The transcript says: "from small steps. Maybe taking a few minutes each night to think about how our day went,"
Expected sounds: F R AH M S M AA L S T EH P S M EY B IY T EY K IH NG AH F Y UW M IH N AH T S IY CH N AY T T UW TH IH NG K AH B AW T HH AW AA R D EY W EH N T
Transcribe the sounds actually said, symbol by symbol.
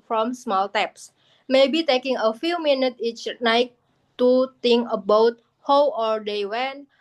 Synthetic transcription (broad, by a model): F R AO M S M AA L T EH P S M EY B IY T EY K IH NG AH F Y UW M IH N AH T IY CH N AY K T UW T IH NG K AH B AW T HH AW AA R D EY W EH N